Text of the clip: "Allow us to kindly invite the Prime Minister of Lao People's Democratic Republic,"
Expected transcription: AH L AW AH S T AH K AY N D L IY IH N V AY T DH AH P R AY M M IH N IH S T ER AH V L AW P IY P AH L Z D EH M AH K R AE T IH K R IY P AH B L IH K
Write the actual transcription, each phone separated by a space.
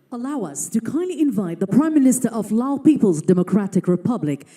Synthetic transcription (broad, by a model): AH L AW AH S T AH K AY N D L IY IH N V AY T DH AH P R AY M M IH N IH S T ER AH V L AW P IY P AH L Z D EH M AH K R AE T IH K R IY P AH B L IH K